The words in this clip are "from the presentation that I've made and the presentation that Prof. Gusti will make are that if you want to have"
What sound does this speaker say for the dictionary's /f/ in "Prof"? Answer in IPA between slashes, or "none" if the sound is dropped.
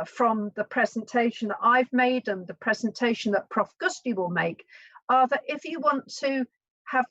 /f/